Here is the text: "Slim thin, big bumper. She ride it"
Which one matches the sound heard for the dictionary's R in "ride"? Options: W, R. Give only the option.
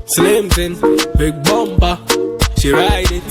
R